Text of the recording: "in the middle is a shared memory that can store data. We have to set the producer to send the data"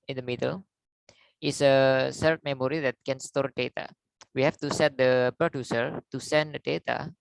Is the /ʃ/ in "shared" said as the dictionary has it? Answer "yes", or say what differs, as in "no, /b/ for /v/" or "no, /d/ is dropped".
no, /s/ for /ʃ/